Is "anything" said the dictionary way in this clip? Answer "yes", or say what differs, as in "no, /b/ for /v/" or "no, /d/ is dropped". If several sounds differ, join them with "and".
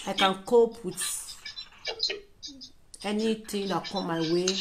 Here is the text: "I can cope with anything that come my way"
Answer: no, /t/ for /θ/